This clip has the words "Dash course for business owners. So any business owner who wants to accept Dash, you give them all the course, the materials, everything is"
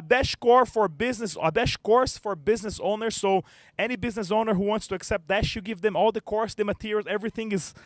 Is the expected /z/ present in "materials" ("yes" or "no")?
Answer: no